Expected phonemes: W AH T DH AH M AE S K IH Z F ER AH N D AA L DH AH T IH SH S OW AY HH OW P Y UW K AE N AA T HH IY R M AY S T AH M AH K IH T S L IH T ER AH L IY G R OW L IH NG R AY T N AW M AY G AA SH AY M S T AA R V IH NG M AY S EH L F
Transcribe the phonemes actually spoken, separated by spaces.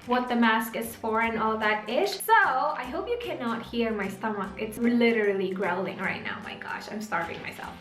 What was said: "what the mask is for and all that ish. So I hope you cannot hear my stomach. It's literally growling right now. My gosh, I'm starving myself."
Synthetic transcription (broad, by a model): W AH T DH AH M AE S K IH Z F ER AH N AA L DH AH T IH SH S OW AY HH OW P Y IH K AE N AA T HH IY R M AY S T AH M AH K IH T S L IH T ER L IY G R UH L IH NG R AY T N AW M AY G AA SH AY M S T AA R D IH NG M AY S EH L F